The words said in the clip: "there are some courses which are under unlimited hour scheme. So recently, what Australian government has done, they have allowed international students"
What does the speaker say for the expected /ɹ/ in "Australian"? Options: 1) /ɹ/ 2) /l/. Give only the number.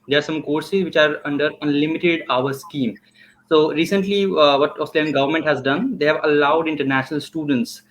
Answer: 2